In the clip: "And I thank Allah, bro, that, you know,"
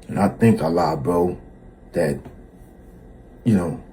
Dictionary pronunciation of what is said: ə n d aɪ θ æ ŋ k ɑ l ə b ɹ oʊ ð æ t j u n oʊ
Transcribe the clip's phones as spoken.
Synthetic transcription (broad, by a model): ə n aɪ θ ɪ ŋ k ɑ l ə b oʊ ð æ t j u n oʊ